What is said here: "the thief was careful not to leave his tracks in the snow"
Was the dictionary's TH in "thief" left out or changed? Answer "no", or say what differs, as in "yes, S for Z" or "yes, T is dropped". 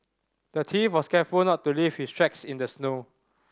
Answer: yes, T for TH